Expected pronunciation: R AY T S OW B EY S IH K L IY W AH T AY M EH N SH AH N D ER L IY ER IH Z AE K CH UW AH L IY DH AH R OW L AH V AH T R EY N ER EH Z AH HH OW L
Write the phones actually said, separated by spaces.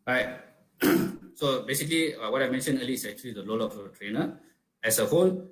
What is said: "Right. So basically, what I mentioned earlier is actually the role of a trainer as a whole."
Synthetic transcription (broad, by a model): R AY T S OW B EY S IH K L IY W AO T AY M EH N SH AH N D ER L IY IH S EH K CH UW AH L IY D AH L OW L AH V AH T R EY N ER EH S AH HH OW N